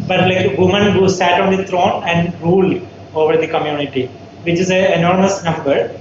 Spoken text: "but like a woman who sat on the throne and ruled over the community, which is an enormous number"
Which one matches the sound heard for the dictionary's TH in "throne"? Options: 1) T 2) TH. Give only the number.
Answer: 1